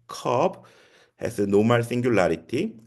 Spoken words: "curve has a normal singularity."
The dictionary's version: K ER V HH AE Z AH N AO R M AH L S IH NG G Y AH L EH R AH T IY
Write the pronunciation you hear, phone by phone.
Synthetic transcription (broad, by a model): K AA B HH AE S AH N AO M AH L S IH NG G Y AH L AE R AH T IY